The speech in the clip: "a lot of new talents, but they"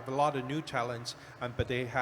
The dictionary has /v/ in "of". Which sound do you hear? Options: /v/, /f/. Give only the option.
/v/